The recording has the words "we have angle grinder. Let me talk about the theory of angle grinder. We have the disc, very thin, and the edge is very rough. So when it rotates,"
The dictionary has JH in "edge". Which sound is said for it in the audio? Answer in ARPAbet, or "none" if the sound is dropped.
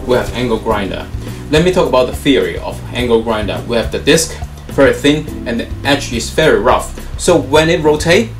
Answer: CH